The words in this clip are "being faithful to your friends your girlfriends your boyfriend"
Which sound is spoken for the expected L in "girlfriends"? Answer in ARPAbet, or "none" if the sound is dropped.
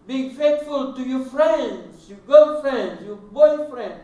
none